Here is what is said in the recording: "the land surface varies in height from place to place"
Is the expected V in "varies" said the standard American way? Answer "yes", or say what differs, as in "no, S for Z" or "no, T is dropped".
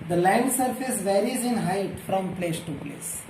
yes